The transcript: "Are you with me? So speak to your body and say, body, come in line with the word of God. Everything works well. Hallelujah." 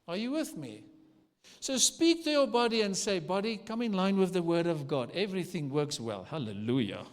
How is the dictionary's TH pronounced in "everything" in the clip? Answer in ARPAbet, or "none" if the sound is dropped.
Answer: TH